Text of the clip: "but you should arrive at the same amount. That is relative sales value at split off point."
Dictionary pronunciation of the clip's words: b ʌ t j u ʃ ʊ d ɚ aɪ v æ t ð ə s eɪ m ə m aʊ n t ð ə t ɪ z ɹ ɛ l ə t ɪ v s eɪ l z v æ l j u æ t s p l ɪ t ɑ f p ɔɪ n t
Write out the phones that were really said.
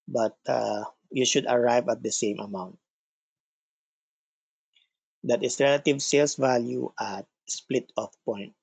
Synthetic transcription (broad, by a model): b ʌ t j u ʃ ʊ d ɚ aɪ v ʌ t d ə s eɪ m ə m aʊ n t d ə t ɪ s ɹ ɛ l ə t ɪ v s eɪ l s v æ l j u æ t s p l ɪ t ɑ f p ɔɪ n t